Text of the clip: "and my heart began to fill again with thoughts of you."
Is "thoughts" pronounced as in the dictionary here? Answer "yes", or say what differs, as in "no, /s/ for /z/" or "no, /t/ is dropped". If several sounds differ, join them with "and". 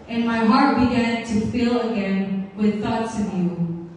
yes